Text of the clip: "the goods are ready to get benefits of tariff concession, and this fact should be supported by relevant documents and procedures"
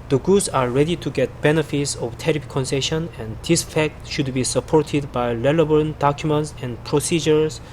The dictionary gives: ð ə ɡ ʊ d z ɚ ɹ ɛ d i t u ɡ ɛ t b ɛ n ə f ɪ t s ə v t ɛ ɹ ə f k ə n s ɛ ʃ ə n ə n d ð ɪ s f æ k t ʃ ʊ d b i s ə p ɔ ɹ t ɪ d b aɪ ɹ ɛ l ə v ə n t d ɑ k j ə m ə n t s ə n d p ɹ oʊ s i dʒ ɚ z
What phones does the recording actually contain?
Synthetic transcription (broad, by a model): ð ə ɡ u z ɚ ɹ ɛ d i t u ɡ ɛ t b ɛ n ə f ɪ t s ə v t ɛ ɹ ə p k ə n s ɛ ʃ ə n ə n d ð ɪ s f æ k t ʃ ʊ d b i s ə p ɔ ɹ t ɪ d b aɪ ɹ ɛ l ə b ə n d ɑ k j ə m ə n t s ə n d p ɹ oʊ s i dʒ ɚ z